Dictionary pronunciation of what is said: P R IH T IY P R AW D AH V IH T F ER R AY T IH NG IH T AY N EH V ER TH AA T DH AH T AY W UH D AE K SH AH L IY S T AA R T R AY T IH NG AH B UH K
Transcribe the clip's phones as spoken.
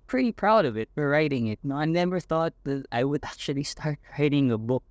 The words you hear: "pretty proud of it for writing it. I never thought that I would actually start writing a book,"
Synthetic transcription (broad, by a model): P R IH T IY P R AW D AH V IH T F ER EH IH T IH NG IH T AY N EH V ER TH AA T DH AH T AY W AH D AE K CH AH L IY S T AA R T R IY T IH NG AH B UH K